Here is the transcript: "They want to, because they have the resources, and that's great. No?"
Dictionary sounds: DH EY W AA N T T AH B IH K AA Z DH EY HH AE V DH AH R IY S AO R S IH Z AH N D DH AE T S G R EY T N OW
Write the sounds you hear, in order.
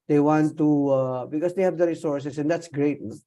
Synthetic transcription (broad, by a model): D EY W AA N T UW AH B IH K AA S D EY HH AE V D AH R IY S AO R S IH S AH N D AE T S G R EY T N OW